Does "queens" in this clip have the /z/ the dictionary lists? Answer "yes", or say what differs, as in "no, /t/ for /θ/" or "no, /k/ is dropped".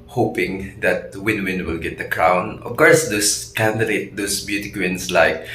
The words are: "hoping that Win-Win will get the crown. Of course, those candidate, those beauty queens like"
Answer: no, /s/ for /z/